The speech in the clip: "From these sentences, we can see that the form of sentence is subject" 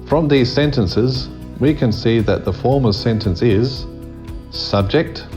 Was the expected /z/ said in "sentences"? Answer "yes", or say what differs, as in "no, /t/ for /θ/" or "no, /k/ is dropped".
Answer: yes